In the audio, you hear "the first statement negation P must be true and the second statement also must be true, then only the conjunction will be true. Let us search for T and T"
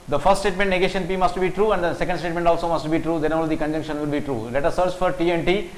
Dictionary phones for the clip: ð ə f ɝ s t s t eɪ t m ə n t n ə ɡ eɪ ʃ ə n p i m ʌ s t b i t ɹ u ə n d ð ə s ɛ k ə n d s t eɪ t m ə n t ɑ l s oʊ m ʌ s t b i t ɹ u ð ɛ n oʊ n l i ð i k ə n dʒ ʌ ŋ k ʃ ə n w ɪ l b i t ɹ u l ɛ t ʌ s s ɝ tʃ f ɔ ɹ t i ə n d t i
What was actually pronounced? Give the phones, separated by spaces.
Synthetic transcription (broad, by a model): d ə f ɝ s t s t eɪ t m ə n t n ə ɡ eɪ ʃ ə n p i m ʌ s t b i t ɹ u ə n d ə s ɛ k ə n d s t eɪ t m ə n t ɑ l s oʊ m ʌ s t b i t ɹ u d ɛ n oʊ l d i k ə n dʒ ʌ ŋ k ʃ ə n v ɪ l b i t ɹ u l ɛ t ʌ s s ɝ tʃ f ɔ ɹ t i ə n d t i